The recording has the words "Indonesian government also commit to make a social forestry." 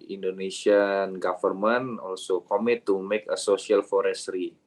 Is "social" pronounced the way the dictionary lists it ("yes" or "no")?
no